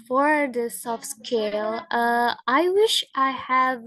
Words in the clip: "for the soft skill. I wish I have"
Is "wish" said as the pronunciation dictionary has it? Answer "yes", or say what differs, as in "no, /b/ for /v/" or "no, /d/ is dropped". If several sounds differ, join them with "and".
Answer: yes